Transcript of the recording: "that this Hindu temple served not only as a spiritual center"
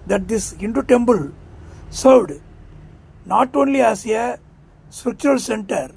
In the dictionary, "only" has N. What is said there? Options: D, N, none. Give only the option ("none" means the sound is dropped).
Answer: N